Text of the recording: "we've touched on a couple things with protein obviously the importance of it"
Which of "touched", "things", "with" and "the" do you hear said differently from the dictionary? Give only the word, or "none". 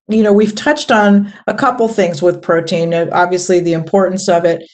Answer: none